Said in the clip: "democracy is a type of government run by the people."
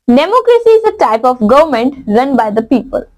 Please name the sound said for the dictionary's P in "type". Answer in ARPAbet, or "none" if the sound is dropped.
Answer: P